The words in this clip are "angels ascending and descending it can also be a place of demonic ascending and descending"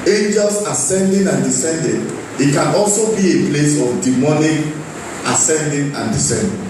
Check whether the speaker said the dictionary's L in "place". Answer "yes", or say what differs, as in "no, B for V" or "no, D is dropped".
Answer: yes